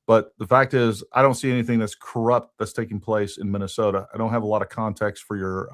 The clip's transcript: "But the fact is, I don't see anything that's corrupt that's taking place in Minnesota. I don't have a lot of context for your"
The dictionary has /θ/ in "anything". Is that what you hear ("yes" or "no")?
yes